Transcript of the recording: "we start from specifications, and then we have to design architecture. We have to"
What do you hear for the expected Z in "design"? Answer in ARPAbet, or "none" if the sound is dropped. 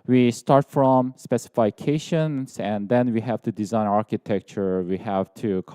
Z